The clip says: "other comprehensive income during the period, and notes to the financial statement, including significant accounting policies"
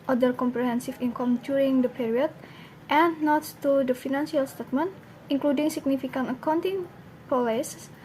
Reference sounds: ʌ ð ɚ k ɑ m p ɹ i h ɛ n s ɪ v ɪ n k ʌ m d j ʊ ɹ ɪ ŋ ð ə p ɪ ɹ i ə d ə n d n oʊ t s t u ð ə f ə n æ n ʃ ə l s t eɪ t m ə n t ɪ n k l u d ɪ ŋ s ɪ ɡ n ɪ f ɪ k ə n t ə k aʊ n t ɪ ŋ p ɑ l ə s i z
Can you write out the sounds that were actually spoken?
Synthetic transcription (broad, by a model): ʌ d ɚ k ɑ m p ɹ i h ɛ n s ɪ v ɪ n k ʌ m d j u ɹ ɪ ŋ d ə p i ɹ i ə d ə n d n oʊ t t u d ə f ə n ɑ n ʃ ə l s t eɪ t m ə n t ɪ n k l u d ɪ ŋ s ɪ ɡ n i f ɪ k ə n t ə k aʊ n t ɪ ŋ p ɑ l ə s